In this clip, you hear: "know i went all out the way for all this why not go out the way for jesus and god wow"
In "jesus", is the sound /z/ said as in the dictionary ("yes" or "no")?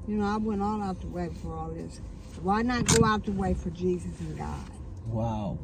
yes